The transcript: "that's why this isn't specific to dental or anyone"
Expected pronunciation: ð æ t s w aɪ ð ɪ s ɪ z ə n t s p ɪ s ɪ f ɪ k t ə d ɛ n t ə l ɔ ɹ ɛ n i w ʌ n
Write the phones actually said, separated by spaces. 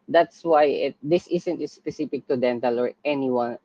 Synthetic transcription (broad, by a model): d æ t s w aɪ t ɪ s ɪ s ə n t s p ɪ s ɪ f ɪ k t ə d ɛ n t ə l ɔ ɹ ɛ n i w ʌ n